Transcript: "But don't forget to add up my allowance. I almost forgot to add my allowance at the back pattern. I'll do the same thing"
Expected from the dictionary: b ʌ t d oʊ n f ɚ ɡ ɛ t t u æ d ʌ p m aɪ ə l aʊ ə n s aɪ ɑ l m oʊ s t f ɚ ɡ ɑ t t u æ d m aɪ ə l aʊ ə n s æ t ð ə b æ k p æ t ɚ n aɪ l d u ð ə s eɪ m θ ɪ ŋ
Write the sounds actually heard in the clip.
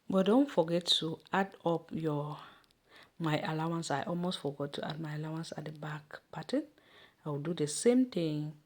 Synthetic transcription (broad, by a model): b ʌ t d oʊ n f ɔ ɡ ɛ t t u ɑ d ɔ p m aɪ ə l aʊ ə n s aɪ ɑ l m oʊ s t f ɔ ɡ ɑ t t u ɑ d m aɪ ə l aʊ ə n s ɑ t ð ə b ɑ k p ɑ t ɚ n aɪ w d u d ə s eɪ m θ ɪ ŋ